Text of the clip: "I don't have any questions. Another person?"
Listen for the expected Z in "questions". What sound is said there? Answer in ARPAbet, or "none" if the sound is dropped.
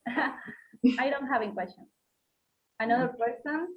none